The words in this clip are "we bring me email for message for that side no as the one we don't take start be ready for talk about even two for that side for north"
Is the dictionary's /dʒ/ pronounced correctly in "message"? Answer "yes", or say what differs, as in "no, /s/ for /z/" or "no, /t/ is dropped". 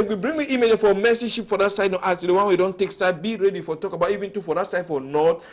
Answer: no, /ʃ/ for /dʒ/